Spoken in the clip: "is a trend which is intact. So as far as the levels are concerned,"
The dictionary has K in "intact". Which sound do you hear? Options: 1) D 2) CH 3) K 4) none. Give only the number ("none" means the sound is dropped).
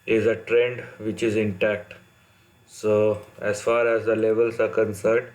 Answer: 3